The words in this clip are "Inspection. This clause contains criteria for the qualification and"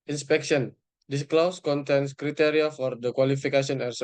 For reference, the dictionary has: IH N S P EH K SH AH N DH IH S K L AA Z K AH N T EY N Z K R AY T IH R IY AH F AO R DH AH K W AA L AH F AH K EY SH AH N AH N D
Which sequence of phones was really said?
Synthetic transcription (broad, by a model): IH N S P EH K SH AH N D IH S K L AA S K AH N T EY N S K R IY T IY R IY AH F AO R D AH K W AA L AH F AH K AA S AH N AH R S